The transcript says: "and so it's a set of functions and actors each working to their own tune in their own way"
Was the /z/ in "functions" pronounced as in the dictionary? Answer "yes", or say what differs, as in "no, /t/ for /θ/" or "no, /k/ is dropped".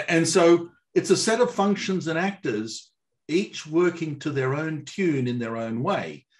yes